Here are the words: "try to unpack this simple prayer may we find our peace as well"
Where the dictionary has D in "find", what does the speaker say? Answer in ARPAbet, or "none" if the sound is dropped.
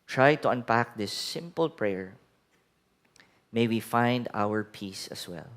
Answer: D